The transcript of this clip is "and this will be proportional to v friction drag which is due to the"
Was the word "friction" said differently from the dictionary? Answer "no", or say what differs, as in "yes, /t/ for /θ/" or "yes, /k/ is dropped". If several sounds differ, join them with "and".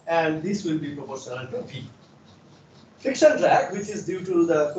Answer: yes, /ɹ/ is dropped